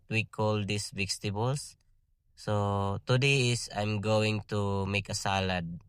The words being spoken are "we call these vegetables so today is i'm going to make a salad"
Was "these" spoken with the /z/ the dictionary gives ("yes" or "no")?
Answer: no